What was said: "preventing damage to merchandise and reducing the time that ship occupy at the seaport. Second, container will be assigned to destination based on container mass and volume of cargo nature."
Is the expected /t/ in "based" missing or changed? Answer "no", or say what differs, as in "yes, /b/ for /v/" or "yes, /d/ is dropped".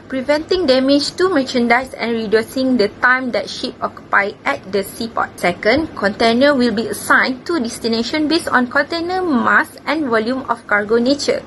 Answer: yes, /t/ is dropped